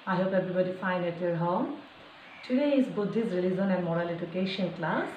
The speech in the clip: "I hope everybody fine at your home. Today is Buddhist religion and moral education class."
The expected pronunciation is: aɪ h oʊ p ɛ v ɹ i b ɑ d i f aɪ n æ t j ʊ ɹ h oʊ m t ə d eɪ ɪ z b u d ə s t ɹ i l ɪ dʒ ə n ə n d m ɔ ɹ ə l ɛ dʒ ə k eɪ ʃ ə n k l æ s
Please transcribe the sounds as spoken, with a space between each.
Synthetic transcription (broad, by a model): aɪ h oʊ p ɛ b ɹ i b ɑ d i f aɪ n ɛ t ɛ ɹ h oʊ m t ə d eɪ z b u d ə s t ɹ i l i z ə n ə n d m ɔ ɹ ə l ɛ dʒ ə k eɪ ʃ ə n k l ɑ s